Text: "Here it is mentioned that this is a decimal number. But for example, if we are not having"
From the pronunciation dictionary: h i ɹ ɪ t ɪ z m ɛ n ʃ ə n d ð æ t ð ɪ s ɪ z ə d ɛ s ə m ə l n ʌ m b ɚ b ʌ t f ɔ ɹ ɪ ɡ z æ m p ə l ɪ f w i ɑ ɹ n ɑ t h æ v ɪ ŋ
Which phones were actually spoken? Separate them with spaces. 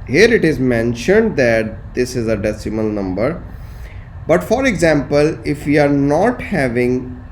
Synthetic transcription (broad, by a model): h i ɹ ɪ t ɪ z m ɛ n ʃ ə n d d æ t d ɪ s ɪ z ə d ɛ s ə m ə l n ʌ m b ɚ b ʌ t f ɔ ɹ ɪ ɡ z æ m p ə l ɪ f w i ɑ ɹ n ɑ t h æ v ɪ ŋ